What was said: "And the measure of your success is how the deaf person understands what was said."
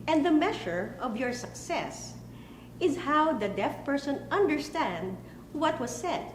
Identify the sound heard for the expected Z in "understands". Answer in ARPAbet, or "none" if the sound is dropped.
none